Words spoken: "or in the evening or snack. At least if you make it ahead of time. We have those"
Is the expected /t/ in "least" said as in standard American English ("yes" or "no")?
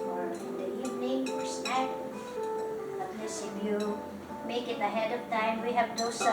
no